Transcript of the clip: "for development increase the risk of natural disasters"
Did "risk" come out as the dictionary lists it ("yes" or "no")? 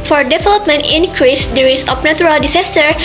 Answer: no